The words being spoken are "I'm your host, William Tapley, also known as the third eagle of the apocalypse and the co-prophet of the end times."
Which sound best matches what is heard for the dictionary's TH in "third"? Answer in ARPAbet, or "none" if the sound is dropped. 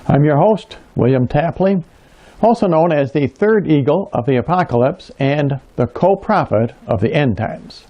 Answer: TH